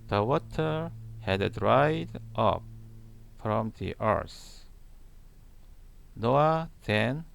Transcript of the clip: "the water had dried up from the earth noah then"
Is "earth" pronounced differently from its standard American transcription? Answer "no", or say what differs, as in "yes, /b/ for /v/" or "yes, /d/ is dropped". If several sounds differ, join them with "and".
yes, /s/ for /θ/